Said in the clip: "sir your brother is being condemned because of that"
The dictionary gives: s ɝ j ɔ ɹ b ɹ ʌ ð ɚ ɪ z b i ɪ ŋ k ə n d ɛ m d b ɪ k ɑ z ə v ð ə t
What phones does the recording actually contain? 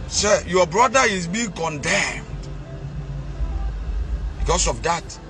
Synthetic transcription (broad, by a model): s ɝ j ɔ b ɹ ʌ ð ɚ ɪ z b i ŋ k ə n d ɛ m d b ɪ k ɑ s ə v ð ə t